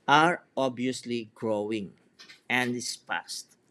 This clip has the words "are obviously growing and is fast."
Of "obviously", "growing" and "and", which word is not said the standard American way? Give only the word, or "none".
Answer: obviously